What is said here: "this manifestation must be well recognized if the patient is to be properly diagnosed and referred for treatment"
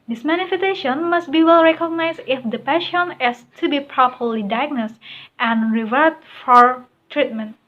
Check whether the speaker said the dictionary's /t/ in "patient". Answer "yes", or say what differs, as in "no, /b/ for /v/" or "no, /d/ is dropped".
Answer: no, /t/ is dropped